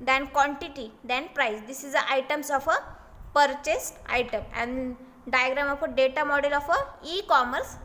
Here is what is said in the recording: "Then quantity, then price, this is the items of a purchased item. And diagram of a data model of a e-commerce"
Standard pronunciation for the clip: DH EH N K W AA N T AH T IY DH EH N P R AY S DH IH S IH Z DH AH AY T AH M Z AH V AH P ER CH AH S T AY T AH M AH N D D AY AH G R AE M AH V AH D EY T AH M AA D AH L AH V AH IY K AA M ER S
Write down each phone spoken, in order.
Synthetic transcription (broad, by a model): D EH N K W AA N T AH T IY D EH N P R AY S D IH S IH Z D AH AY T AH M S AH F AH P ER CH AH S T AY T AH M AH N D D AY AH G R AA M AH F AH D EY T AH M AA D AH L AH F AH IY K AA M ER S